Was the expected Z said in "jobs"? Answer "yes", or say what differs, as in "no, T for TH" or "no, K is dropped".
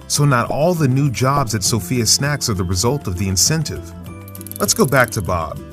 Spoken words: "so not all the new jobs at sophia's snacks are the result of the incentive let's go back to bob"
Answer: yes